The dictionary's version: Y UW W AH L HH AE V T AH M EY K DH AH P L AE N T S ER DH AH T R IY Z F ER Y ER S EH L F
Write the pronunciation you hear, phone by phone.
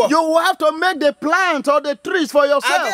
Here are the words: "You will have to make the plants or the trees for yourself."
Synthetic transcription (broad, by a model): Y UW W AH L HH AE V T AH M EY K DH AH P L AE N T AO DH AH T R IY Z F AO Y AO S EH L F